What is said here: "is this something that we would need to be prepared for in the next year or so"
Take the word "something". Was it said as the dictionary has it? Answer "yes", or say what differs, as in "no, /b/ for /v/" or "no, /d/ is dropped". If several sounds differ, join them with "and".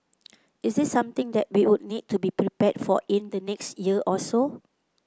no, /t/ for /θ/